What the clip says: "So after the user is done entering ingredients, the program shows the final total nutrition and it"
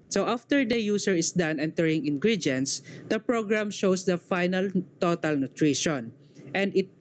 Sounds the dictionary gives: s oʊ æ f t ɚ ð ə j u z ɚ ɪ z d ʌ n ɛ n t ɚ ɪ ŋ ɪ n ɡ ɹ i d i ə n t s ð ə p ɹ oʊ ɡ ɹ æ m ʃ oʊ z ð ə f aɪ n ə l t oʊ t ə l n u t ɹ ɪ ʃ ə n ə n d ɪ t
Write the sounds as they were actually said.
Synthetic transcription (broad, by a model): s oʊ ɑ f t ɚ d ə j u s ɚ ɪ s d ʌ n ɛ n t ɚ ɪ ŋ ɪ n ɡ ɹ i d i n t s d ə p ɹ oʊ ɡ ɹ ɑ m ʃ oʊ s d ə f aɪ n ə l t oʊ t ə l n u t ɹ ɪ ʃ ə n ə n d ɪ t